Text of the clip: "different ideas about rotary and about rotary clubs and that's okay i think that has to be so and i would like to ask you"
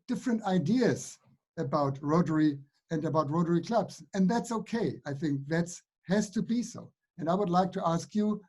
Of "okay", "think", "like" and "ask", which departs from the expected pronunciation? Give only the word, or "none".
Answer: none